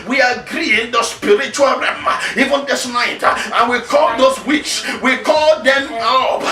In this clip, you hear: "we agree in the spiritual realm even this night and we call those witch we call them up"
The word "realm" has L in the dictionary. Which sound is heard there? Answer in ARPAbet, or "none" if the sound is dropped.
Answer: none